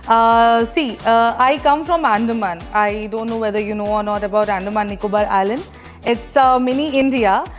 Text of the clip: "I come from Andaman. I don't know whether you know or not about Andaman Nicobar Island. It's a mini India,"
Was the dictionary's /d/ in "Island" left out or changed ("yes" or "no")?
yes